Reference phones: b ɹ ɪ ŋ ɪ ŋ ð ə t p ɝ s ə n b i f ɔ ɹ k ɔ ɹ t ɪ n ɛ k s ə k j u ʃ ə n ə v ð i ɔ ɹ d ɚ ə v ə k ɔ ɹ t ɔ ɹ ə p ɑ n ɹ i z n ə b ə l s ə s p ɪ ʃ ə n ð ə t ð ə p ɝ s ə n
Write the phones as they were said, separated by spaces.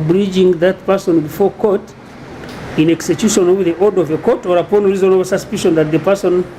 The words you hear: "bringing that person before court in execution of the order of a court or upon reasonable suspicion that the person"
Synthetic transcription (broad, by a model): b ɹ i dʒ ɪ ŋ ð ə t p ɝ s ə n b i f ɔ ɹ k ɔ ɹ t ɪ n ɛ k s ə k j u ʃ ə n ə v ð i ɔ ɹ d ə v ə k ɔ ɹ t ɔ ɹ ə p ɑ n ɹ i z ə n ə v s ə s p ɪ ʃ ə n ð ə t ð ə p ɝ s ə n